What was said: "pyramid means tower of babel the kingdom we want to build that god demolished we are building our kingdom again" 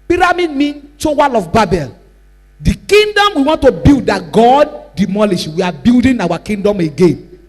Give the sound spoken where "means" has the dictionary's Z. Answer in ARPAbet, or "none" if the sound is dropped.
none